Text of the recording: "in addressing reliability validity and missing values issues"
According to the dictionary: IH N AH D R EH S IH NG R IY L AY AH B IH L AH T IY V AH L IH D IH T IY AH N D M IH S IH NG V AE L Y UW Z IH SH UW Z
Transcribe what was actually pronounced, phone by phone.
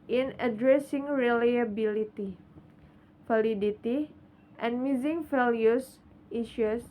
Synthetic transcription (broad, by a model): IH N AH D R EH S IH NG R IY L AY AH B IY L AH T IY F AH L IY D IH T IY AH N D M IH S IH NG F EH L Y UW S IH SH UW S